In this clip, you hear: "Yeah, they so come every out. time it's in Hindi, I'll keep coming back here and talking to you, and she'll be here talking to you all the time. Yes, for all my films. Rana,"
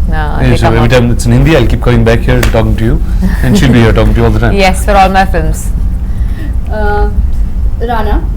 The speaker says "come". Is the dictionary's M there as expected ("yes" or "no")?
no